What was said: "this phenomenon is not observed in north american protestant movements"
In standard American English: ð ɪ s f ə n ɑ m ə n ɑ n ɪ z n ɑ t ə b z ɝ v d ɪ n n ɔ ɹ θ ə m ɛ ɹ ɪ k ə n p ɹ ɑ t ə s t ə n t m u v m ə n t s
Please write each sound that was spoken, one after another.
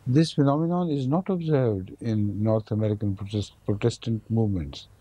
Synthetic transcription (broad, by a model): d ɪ s f ə n ɑ m ə n ɑ n ɪ z n ɑ t ə b z ɝ v d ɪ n n ɔ ɹ t ə m ɛ ɹ ɪ k ə n p ɹ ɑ t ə s t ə n t m u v m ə n t s